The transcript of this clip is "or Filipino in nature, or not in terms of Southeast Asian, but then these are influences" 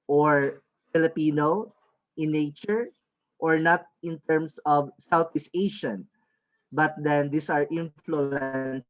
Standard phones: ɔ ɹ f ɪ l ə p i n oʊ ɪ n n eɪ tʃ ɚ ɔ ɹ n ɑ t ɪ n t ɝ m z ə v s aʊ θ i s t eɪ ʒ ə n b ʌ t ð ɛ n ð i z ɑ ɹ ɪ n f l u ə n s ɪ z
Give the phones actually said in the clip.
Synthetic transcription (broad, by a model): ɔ ɹ f ɪ l ə p i n oʊ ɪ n n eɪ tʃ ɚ ɔ ɹ n ɑ t ɪ n t ɝ m s ə v s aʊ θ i s eɪ ʃ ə n b ʌ t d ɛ n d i s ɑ ɹ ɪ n f l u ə n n